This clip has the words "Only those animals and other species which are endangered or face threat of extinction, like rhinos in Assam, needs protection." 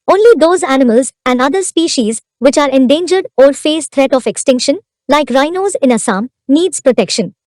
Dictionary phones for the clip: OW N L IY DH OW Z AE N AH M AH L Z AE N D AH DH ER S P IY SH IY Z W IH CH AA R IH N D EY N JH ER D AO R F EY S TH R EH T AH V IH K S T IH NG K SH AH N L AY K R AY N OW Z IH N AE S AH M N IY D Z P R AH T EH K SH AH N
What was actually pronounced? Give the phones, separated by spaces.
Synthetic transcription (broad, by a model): OW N L IY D OW Z AE N AH M AH L Z AE N D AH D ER S P IY SH IY Z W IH CH AA R IH N D EY N JH ER D AO R F EY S T R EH T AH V IH K S T IH NG K SH AH N L AY K R AY N OW Z IH N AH S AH M N IY D Z P R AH T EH K SH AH N